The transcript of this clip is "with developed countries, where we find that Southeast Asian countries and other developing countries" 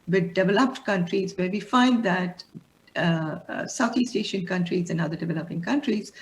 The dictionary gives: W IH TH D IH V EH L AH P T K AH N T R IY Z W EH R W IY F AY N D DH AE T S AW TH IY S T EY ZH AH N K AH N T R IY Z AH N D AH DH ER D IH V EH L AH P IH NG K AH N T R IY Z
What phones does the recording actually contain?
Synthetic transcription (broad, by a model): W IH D D IH V EH L AH P T K AH N T R IY Z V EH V IY F AY N D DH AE T S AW T IY S T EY SH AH N K AH N T R IY Z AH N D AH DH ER D IH V EH L AH P IH NG K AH N T R IY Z